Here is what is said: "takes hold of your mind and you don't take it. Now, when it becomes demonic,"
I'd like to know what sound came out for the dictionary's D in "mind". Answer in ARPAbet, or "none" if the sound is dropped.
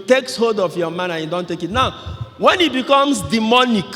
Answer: none